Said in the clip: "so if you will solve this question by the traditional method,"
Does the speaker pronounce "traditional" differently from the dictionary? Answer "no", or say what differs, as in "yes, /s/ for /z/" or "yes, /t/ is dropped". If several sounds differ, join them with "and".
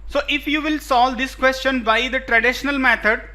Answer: no